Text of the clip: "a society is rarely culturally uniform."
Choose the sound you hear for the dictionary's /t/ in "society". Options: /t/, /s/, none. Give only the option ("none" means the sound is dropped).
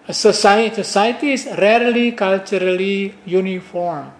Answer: /s/